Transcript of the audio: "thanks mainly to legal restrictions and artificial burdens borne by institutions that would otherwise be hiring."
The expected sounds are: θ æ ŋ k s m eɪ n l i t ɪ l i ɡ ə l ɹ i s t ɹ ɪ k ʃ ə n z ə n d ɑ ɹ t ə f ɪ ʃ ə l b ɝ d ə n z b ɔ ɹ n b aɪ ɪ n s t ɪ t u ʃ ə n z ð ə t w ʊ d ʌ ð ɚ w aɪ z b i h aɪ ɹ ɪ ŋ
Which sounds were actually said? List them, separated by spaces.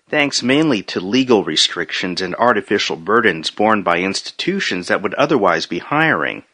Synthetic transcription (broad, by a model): θ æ ŋ k s m eɪ n l i t ɪ l i ɡ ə l ɹ i s t ɹ ɪ k ʃ ə n z ə n d ɑ ɹ t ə f ɪ ʃ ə l b ɝ d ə n z b ɔ ɹ n b aɪ ɪ n s t ɪ t u ʃ ə n z ð ə t w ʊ d ʌ ð ɚ w aɪ z b i h aɪ ɹ ɪ ŋ